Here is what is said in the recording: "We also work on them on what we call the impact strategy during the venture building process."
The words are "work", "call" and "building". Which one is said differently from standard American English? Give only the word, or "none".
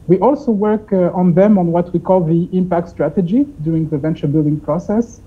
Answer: none